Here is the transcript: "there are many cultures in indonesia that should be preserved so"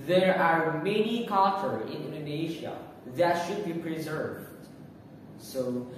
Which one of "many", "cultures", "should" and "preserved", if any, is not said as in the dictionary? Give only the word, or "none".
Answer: cultures